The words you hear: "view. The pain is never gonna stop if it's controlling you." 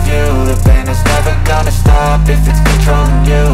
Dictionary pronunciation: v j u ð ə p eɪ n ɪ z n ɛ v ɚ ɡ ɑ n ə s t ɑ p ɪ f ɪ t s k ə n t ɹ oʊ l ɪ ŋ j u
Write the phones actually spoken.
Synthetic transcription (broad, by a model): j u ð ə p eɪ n ɪ z n ɛ v ɚ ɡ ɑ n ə s t ɑ p ɪ f ɪ t s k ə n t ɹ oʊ ɪ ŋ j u